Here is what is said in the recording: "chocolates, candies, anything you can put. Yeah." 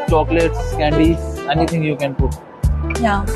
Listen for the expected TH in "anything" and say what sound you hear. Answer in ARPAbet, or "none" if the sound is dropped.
T